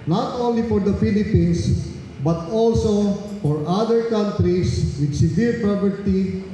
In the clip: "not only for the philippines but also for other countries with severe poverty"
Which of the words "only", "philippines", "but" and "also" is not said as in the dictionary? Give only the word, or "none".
philippines